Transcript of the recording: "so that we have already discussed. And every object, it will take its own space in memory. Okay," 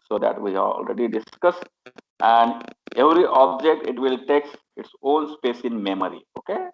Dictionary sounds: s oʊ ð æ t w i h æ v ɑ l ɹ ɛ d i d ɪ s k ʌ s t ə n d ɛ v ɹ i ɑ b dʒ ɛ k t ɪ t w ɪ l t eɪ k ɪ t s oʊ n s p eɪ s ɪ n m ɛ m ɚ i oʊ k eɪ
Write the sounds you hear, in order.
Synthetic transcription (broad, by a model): s oʊ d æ t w i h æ ɑ l ɹ ɛ d i d ɪ s k ʌ s t ə n d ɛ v ɹ i ɑ b dʒ ɛ k t ɪ t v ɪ l t eɪ k ɪ t s oʊ n s p eɪ s ɪ n m ɛ m ɚ i oʊ k eɪ